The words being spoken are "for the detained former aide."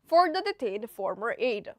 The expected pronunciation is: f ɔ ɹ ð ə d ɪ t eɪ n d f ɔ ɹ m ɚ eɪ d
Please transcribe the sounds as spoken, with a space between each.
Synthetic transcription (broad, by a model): f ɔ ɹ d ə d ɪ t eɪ d f ɔ ɹ m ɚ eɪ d